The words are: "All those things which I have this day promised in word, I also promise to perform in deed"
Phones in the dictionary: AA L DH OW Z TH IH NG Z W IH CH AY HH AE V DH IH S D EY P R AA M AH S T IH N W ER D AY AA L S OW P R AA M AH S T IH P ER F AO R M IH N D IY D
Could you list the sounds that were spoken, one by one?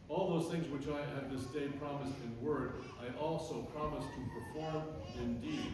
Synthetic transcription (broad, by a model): AA L DH OW Z TH IH NG Z W IH CH AY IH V DH IH S D EY P R AA M AH S T IH N W ER D AY AA L S OW P R AA M AH S T IH P ER F AO R M IH N D IY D